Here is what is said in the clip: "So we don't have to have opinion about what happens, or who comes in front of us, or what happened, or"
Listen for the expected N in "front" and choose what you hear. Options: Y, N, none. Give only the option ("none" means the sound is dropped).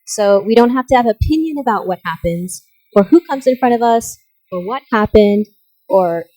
none